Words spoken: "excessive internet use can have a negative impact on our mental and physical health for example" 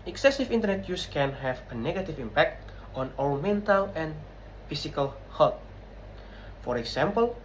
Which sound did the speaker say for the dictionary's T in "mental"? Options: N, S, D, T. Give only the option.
T